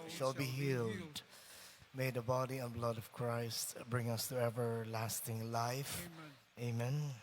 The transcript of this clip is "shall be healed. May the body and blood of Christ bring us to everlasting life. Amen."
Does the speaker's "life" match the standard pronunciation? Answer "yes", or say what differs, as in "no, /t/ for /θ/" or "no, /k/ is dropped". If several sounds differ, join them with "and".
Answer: yes